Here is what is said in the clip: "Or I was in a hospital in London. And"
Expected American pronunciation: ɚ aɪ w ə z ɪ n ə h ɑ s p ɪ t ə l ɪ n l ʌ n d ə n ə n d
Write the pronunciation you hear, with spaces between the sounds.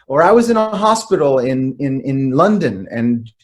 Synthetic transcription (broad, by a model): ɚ aɪ w ə z ɪ n ə h ɑ s p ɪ t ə n ɪ n l ʌ n d ə n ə n